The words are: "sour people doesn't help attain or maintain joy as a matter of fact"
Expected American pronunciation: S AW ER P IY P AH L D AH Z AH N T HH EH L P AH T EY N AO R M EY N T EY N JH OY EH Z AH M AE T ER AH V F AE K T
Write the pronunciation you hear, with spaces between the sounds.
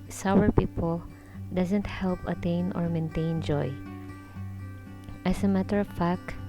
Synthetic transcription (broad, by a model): S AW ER P IY P AH L D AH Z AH N T HH EH L P AH T EY N AO R M EY N T EY N JH OY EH S AH M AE T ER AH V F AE K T